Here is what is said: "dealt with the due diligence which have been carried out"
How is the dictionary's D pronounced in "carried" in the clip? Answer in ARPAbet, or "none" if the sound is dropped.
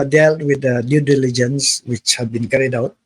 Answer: D